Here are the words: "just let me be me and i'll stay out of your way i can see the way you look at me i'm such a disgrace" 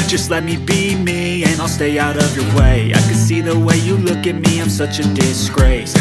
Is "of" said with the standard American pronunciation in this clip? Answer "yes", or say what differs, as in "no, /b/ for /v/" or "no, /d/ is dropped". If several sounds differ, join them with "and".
yes